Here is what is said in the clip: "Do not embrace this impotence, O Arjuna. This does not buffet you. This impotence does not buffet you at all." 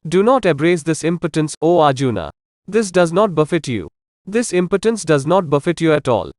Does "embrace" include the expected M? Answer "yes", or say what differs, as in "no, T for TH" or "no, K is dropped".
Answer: no, M is dropped